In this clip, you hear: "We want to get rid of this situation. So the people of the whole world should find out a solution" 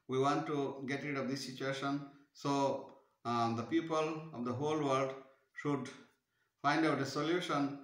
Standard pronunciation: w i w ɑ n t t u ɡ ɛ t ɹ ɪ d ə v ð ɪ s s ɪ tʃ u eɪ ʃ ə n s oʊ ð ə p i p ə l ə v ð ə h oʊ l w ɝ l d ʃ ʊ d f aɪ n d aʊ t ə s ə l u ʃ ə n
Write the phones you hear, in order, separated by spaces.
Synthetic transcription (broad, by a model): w i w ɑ n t t u ɡ ɛ t ɹ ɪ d ə v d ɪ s s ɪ tʃ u eɪ ʃ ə n s oʊ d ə p i p ə l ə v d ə h oʊ l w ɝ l d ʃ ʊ d f aɪ n d aʊ t ə s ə l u ʃ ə n